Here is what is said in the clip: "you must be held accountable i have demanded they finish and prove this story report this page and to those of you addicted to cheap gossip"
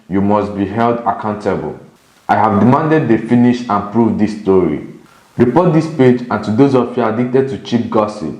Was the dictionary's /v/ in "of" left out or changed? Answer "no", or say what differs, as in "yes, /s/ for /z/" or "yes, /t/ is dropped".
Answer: yes, /f/ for /v/